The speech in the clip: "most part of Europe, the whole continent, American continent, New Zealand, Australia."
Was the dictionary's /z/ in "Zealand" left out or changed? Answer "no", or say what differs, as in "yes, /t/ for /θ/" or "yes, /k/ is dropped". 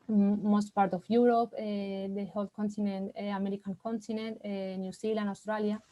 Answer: yes, /s/ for /z/